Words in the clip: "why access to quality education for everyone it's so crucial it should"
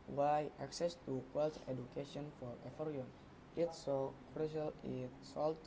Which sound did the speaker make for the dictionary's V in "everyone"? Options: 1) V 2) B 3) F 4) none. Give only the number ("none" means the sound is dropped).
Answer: 3